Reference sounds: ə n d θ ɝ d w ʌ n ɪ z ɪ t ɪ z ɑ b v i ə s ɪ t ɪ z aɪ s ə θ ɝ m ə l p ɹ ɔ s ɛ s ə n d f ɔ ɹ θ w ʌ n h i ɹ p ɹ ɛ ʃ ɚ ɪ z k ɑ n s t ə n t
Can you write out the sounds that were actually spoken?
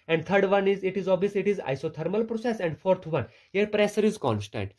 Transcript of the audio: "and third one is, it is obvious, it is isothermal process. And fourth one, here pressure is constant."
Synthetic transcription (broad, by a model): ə n d t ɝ d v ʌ n ɪ z ɪ t ɪ z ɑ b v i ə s ɪ t ɪ z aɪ s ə t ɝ m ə l p ɹ ɔ s ɛ s ə n d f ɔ ɹ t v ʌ n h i ɹ p ɹ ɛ s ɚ ɪ z k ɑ n s t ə n t